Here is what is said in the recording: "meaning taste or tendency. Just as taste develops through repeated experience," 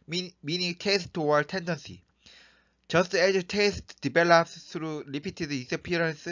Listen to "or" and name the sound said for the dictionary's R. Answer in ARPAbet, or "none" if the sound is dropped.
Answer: W